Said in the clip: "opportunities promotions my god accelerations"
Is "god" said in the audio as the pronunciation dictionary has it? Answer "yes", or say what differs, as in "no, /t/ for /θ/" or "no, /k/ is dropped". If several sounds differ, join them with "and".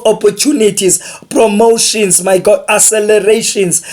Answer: no, /d/ is dropped